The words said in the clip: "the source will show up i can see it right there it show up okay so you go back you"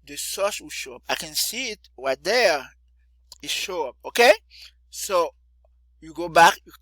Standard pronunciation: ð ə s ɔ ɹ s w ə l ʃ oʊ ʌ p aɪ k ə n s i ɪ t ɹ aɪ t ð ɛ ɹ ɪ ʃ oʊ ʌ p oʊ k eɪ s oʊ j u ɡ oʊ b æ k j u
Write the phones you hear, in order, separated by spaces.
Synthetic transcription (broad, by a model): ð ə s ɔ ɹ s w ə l ʃ oʊ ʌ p aɪ k ə n s i ɪ t w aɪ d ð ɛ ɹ ɪ ʃ oʊ ʌ p oʊ k eɪ s oʊ j u ɡ oʊ b æ k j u